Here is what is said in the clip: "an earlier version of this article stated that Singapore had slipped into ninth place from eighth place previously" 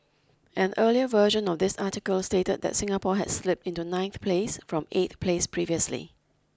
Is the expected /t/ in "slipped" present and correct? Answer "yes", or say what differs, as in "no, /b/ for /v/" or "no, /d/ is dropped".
yes